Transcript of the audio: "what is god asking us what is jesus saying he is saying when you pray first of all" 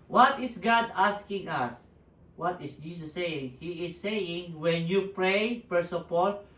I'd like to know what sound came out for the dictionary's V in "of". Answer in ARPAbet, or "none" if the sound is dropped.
P